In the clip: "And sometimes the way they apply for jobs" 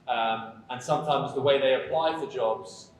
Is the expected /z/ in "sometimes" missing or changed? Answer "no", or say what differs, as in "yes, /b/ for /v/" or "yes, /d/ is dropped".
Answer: no